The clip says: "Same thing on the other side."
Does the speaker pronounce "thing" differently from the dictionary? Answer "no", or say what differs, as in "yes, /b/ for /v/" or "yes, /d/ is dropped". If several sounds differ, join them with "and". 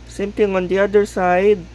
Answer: yes, /t/ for /θ/